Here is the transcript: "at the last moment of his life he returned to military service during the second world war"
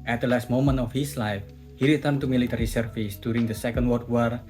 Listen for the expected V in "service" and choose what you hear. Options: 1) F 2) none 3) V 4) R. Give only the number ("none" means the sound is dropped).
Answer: 1